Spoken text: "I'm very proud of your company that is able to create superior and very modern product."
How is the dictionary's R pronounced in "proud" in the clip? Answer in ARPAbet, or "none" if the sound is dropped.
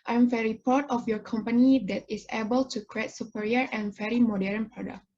none